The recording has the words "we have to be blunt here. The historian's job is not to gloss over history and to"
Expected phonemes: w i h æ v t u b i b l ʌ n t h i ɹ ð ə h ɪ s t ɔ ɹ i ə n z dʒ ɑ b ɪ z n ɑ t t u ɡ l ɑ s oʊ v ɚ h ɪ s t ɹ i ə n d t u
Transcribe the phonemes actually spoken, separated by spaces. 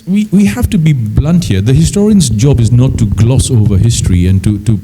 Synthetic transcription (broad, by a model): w i h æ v t u b i b l ʌ n t h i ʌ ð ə h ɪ s t ɔ ɹ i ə n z dʒ ɑ b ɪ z n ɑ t t u ɡ l ɑ s oʊ v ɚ h ɪ s t ɹ i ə n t t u